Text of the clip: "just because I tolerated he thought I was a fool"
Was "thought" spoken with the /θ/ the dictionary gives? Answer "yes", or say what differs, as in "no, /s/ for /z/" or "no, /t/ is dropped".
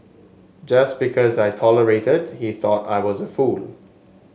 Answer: yes